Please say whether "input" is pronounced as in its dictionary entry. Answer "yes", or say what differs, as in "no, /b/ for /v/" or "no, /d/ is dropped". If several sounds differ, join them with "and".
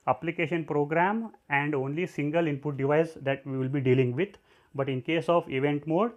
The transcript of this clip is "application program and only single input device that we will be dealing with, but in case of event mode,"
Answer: yes